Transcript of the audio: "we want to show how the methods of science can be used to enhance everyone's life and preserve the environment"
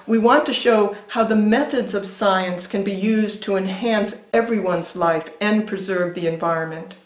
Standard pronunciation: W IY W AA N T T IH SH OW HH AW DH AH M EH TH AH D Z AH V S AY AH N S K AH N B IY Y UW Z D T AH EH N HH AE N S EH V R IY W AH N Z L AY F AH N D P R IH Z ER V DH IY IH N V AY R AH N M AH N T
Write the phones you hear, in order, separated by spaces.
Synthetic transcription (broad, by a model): W IY W AA N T T IH SH OW HH AW DH AH M EH TH AH D Z AH V S AY AH N S K AH N B IY Y UW Z T AH EH N HH AE N S EH V R IY W AH N Z L AY F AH N P R IH Z ER V DH IY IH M V AY R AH N M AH N T